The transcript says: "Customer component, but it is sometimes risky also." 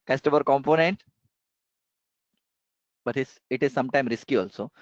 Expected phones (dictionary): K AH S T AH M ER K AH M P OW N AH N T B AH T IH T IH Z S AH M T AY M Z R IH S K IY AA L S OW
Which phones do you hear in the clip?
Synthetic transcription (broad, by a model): K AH S T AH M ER K AH M P OW N AH N T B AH T IH T IH Z S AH M T AY M R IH S K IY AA L S OW